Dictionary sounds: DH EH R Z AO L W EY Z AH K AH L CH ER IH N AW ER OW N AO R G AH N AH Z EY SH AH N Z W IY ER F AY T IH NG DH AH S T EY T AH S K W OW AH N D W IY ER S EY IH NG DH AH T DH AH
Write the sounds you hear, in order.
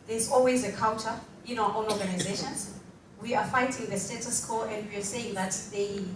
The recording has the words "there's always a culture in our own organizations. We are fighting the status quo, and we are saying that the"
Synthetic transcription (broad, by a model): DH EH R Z AO L W EY Z AH K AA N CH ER IH N AW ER OW N AO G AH N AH Z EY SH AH N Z W IY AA F AY T IH NG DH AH S T EY T AH S K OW AH N D W IY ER S EY IH NG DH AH T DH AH